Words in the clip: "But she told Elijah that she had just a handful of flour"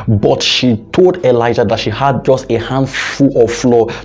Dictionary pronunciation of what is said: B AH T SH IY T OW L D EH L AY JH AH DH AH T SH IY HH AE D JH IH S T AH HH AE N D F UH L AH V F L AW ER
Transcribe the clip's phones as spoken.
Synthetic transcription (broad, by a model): B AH T SH IY T OW L D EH L AY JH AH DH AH T SH IY HH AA D JH IH S T AH HH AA N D F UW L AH F L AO